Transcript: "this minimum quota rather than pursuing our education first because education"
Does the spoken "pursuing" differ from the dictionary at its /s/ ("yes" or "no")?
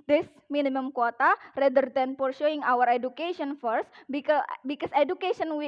yes